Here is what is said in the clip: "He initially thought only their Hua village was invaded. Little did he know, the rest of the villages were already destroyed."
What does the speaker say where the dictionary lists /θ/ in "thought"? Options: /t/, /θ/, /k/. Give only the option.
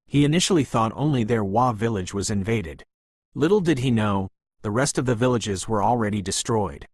/θ/